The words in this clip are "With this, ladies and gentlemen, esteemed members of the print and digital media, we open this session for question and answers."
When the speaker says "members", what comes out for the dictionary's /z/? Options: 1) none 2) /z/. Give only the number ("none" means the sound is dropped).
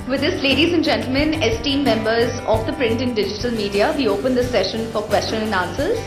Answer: 2